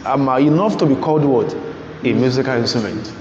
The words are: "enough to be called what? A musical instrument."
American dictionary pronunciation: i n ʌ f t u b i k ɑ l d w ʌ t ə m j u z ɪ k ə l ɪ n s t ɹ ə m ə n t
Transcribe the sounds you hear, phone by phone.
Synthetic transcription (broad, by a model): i n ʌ f t u b i k ɑ l d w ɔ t ə m j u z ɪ k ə l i n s t ɹ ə m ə n t